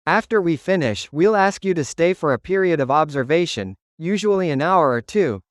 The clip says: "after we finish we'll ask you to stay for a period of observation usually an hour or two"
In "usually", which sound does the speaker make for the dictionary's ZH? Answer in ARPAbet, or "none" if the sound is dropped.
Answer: ZH